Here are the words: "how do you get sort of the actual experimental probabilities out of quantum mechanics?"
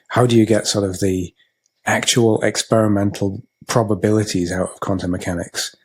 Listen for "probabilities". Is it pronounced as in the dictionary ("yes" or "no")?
yes